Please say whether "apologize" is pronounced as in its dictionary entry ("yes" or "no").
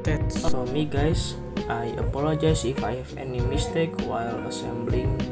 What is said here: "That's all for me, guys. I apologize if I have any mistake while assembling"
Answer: no